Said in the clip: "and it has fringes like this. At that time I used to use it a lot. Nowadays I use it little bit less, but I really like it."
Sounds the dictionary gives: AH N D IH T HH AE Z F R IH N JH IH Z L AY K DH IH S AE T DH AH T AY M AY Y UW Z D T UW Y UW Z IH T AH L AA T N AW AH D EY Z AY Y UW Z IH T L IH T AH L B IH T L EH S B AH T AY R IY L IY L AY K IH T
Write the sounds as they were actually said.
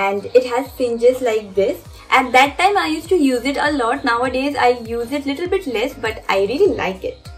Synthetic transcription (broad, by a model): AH N D IH T HH AE Z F IH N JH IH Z L AY K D IH S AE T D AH T AY M AY Y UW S T UW Y UW Z IH T AH L AA T N AW AH D EY Z AY Y UW Z IH T L IH T AH L B IH T L EH S B AH T AY R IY L IY L AY K IH T